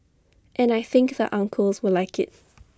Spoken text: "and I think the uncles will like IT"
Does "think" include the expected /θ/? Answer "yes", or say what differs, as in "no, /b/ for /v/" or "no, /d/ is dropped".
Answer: yes